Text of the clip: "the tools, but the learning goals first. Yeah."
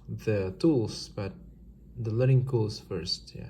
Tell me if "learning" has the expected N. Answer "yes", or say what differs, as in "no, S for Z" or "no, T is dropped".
no, N is dropped